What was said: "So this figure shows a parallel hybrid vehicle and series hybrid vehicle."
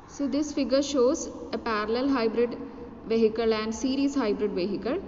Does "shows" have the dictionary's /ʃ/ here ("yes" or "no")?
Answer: yes